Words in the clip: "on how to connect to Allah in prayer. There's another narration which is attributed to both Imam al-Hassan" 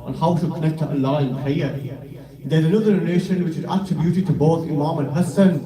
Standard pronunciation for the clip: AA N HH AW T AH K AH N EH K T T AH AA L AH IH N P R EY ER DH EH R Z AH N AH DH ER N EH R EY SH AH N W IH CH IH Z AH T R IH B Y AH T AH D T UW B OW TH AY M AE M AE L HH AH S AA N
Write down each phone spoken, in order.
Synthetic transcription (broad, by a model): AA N HH AW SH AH K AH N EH K T T AH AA L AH IH N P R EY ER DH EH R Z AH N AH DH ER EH L EY SH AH N W IH CH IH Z AH T R IH B Y AH T AH D T UW B OW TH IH M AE M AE N HH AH S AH N